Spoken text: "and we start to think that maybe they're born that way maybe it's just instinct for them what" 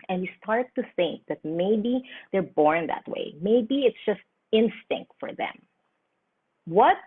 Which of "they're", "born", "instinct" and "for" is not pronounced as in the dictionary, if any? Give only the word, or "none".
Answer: none